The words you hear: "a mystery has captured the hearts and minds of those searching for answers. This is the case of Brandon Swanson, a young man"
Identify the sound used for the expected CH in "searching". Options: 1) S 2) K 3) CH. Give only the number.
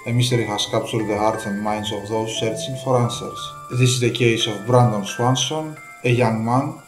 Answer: 1